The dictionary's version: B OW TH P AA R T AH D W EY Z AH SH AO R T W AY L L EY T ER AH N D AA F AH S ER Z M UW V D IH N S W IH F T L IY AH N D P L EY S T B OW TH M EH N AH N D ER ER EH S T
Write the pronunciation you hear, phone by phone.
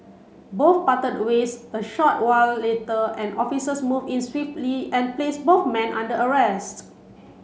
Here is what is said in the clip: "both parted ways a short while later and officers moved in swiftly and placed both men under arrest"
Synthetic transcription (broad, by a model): B OW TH P AA T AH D W EY S AH SH AO T W AY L L EY T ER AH N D AA F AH S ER S M UW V IH N S W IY F T L IY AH N P L EY S B OW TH M EH N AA N D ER ER EH S T